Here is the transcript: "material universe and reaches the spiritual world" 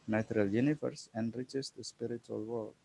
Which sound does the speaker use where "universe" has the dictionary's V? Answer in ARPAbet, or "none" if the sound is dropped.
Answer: F